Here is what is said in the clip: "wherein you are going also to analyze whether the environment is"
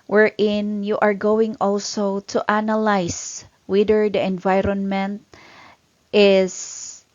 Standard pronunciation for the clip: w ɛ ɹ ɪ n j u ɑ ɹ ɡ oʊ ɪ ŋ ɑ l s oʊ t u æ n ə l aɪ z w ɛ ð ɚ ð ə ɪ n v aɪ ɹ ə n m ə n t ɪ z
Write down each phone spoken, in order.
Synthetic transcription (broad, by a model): w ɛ ɹ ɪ n j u ɑ ɹ ɡ oʊ ɪ ŋ ɑ l s oʊ t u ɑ n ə l aɪ s w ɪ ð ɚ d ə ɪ n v aɪ ɹ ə n m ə n t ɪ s